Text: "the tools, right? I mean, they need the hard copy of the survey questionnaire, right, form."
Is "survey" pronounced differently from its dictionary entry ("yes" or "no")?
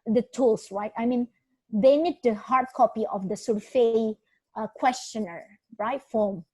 yes